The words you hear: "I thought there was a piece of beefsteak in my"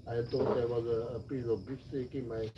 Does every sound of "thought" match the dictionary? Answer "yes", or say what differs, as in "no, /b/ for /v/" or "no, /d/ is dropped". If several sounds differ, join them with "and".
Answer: no, /t/ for /θ/